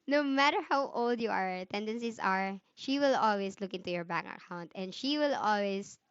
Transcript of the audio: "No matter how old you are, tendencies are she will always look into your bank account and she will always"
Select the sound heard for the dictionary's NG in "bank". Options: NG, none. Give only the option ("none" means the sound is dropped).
none